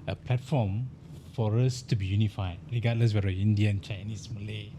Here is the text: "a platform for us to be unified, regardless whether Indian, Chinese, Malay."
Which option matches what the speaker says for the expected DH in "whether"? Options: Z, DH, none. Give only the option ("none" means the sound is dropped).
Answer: none